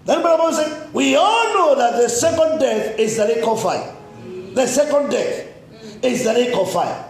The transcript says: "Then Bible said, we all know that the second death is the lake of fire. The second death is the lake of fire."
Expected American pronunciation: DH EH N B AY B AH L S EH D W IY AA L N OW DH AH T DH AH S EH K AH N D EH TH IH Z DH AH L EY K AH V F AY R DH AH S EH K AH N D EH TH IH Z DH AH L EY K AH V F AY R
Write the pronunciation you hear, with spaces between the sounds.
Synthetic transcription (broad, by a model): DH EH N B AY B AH N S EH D W IY AA L N OW DH AH T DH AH S EH K AH N D EH TH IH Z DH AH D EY K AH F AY DH AH S EH K AH N D EH TH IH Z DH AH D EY K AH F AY